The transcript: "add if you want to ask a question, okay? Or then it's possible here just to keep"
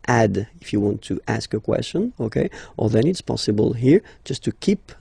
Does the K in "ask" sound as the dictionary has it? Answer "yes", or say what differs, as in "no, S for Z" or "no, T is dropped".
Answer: yes